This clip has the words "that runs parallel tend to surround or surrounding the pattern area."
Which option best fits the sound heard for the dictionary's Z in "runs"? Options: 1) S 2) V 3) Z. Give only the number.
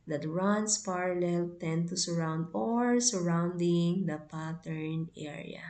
1